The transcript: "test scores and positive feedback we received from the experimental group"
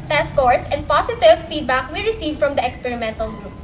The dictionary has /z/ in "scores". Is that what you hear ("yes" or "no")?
no